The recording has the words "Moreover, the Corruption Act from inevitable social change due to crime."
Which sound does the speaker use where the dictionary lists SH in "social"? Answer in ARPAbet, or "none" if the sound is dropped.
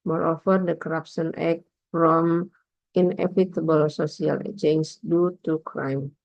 S